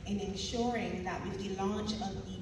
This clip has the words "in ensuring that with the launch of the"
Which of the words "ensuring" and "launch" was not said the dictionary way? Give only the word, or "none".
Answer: none